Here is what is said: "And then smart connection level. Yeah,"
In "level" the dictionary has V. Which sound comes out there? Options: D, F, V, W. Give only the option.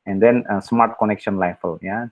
F